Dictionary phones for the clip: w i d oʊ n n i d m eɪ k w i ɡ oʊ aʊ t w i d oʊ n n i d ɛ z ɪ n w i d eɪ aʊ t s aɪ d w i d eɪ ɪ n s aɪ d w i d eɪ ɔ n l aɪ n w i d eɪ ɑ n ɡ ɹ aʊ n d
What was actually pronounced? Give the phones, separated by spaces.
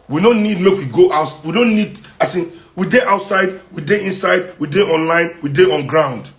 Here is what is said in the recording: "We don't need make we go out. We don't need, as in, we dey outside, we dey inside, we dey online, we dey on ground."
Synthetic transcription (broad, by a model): w i d oʊ n n i d m eɪ k w i ɡ oʊ aʊ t w i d oʊ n n i d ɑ s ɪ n w i d eɪ aʊ t s aɪ d w i d eɪ ɪ n s aɪ d w i d eɪ ɔ n l aɪ n w i d eɪ ɑ n ɡ ɹ aʊ n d